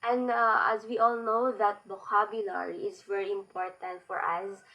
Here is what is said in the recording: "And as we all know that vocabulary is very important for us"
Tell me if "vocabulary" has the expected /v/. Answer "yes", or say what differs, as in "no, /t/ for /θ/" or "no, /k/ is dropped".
no, /b/ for /v/